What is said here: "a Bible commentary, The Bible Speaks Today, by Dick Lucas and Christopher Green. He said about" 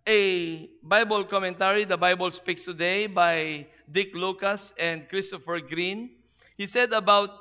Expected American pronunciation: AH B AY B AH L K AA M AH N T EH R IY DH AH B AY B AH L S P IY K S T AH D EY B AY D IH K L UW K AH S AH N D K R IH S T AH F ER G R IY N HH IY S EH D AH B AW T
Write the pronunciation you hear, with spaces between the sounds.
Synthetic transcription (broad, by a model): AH B AY B AH L K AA M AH N T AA R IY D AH B AY B AH L S P IY K S T AH D EY B AY D IH K L UW K AH S AH N D K R IH S T AH F ER G R IY N HH IY S EH D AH B AW T